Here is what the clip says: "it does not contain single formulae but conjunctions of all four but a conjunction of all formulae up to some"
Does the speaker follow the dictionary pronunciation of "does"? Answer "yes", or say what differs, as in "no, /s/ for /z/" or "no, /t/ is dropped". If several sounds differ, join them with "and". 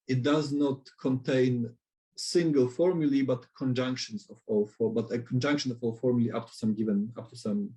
yes